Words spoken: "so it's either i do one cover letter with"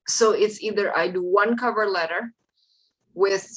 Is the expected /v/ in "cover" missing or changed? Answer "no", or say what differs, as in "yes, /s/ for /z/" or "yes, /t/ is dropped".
no